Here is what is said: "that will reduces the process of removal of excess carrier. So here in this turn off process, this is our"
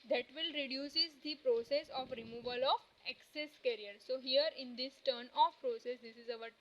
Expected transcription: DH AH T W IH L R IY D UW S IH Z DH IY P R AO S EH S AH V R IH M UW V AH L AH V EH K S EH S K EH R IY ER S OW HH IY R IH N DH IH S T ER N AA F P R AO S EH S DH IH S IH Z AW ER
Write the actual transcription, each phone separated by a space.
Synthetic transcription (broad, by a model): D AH T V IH L R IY D UW S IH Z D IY P R AO S EH S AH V R IH M UW V AH L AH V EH K S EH S K EH R IY ER S OW HH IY R IH N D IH S T ER N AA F P R AO S EH S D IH S IH Z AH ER